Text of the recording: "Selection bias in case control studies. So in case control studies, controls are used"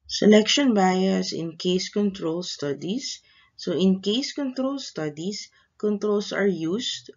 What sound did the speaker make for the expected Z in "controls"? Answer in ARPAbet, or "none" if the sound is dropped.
S